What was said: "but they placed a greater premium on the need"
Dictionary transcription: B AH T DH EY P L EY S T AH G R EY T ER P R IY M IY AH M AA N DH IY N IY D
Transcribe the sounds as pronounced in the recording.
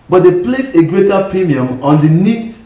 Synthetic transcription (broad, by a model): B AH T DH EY P L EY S AH G R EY T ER P R IY M IY AH M AA N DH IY N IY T